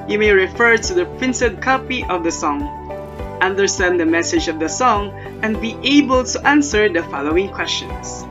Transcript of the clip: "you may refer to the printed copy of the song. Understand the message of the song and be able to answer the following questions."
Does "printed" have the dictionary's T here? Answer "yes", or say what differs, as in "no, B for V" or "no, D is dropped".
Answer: no, S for T